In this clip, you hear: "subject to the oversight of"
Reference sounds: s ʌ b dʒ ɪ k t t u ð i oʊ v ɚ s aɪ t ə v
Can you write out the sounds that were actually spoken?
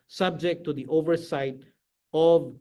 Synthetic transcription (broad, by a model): s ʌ b dʒ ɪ k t t u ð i oʊ v ɚ s aɪ t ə v